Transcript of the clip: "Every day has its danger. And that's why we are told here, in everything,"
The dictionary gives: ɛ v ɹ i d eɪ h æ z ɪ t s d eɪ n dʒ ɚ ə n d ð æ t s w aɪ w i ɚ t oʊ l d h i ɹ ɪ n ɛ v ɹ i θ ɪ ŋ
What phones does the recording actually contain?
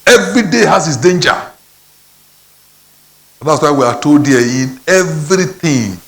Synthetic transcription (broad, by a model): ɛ v ɹ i d eɪ h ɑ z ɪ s d eɪ n dʒ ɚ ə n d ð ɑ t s w aɪ w i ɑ t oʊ d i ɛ ɪ n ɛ v ɹ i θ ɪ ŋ